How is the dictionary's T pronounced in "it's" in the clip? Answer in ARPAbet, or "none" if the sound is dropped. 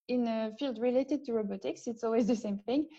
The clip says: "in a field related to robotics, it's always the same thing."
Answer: T